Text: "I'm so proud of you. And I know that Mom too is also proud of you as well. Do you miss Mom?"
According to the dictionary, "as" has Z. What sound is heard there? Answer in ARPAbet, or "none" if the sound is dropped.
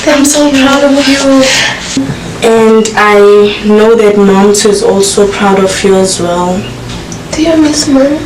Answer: Z